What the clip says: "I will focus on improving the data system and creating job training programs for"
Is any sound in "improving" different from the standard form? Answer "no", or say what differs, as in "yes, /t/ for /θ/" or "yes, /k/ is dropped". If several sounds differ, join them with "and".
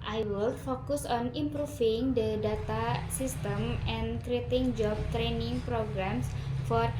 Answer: yes, /f/ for /v/